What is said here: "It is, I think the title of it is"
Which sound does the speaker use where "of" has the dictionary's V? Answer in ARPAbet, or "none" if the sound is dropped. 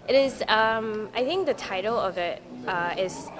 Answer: V